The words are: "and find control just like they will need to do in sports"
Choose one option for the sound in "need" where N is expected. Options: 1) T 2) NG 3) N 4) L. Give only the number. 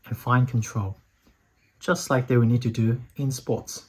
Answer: 3